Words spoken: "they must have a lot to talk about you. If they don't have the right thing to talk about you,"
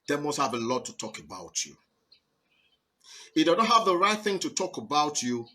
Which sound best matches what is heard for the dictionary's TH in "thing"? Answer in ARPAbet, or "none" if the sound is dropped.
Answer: TH